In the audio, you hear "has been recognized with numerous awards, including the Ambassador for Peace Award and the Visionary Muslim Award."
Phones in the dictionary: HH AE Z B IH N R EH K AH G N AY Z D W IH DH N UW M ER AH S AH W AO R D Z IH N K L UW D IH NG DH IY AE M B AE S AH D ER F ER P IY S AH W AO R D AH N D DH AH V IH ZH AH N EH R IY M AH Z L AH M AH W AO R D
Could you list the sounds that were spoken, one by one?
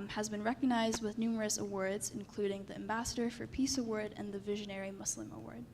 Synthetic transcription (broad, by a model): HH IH Z B IH N R EH K AH G N AY Z D W IH DH N UW M ER AH S AH W AO R D Z IH N K L UW D IH NG DH IY AE M B AE S AH D ER F ER P IY S AH W AO R D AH N DH AH V IH ZH AH N EH R IY M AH S L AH M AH W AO R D